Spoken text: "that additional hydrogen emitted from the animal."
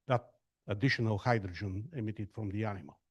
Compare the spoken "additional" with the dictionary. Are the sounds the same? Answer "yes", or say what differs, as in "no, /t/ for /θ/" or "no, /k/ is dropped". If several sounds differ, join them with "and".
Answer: yes